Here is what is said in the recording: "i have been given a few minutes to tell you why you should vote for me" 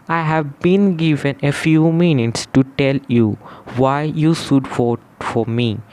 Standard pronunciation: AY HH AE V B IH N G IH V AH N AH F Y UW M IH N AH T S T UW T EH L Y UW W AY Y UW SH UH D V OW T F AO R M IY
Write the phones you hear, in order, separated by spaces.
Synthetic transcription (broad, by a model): AY HH AE V B IH N G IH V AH N AH F Y UW M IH N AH T S T UW T EH L Y UW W AY Y UW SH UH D F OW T F AO R M IY